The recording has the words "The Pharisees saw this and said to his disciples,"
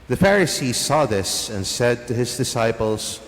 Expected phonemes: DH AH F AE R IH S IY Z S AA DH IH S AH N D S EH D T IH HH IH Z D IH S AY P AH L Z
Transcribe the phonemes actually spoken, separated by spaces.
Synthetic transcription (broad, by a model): DH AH F AE R IH S IY Z S AA DH IH S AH N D S EH D T IH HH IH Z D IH S AY P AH L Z